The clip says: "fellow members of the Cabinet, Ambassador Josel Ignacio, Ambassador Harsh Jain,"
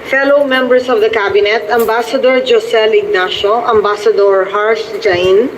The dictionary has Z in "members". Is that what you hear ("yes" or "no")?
no